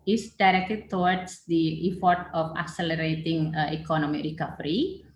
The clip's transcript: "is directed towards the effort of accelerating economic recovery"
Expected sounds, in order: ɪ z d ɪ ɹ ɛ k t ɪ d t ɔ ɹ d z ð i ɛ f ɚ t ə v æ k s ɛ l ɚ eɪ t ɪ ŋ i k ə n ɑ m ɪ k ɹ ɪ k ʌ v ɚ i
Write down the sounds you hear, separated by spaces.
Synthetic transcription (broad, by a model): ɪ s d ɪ ɹ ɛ k t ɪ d t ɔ w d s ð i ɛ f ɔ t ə f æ k s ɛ l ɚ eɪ t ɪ ŋ i k ə n ɑ m ɪ k ɹ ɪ k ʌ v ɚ i